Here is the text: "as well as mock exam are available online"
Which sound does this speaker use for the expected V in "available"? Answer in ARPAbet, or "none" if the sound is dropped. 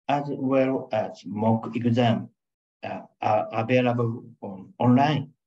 B